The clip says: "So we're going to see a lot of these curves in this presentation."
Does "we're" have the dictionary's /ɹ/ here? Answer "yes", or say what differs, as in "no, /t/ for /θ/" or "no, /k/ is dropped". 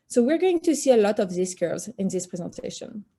yes